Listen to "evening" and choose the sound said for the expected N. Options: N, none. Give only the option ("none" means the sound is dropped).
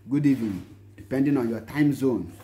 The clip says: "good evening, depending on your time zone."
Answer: none